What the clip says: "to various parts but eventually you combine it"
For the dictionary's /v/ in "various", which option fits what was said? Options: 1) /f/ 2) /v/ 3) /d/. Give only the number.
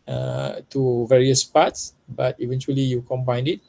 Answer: 2